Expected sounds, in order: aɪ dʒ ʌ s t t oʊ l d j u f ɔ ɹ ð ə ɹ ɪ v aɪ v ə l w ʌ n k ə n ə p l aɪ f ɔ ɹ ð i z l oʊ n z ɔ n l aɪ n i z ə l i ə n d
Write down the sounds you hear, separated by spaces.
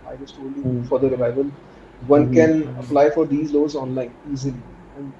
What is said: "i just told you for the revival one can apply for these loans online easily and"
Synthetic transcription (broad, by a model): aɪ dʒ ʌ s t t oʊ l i f ɔ ɹ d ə ɹ ɪ v aɪ v ə l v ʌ n k ə n ə p l aɪ f ɔ ɹ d i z l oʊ z ɔ n l aɪ n i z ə l i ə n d